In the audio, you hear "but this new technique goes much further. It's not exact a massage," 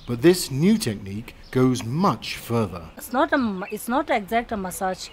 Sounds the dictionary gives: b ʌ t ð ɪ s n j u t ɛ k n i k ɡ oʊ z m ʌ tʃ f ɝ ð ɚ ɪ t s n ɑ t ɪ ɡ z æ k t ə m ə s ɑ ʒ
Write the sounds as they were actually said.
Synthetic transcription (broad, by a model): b ʌ t ð ɪ s n j u t ɛ k n i k ɡ oʊ z m ʌ tʃ f ɝ ð ɚ ɪ t s n ɑ t ɪ ɡ z æ k t ə m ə s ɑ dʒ